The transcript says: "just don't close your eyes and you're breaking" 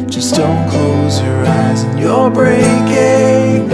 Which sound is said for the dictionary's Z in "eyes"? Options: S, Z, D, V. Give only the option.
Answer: Z